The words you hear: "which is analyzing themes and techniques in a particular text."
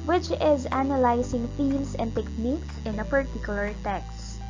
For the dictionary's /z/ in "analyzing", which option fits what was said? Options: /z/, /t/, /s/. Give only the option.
/s/